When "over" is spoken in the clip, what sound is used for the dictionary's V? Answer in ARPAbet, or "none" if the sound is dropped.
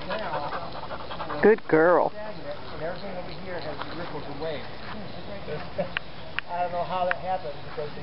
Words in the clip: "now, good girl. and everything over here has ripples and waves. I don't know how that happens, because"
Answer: W